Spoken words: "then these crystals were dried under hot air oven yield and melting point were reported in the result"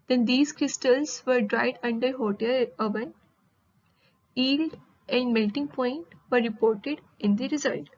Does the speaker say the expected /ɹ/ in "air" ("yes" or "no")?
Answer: no